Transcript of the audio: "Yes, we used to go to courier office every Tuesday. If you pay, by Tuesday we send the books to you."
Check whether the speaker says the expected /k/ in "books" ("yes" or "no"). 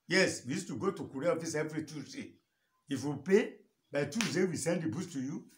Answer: no